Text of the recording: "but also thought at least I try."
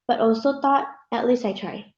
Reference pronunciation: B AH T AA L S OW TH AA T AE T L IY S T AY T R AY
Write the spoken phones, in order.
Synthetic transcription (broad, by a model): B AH T AA L S OW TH AA T AE T L IY S T AY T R AY